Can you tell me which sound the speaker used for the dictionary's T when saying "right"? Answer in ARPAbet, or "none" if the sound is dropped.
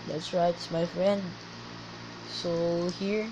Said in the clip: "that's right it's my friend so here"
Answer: none